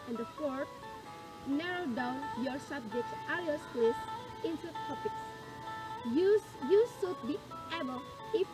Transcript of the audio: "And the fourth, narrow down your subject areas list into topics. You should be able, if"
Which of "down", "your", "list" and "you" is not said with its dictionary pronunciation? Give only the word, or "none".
list